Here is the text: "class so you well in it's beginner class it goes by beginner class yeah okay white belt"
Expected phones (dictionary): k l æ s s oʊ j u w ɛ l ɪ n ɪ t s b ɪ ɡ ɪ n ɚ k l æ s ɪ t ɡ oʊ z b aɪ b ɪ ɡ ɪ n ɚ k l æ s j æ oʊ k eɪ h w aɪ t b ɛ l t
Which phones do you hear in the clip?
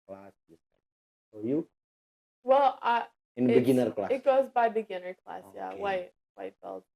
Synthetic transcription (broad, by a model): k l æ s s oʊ j u w ɛ l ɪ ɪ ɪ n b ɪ ɡ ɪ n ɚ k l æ ɪ t ɡ oʊ z b aɪ b ɪ ɡ ɪ n ɚ k l æ s j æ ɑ ɪ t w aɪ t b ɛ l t